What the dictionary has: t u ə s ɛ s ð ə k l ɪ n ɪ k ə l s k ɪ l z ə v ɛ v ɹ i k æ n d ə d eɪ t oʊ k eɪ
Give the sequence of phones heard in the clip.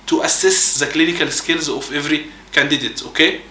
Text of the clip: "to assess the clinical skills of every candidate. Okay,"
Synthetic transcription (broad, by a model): t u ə s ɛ s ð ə k l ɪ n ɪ k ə l s k ɪ l z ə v ɛ v ɹ i k æ n d ə d eɪ t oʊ k eɪ